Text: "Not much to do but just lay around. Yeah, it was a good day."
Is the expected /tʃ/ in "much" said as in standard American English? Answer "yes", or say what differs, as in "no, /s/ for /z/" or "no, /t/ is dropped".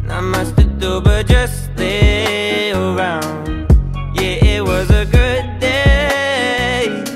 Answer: no, /s/ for /tʃ/